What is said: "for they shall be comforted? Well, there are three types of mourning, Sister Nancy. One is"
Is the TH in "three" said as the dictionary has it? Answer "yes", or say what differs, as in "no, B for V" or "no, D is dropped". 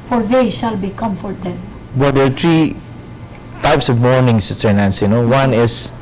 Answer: no, T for TH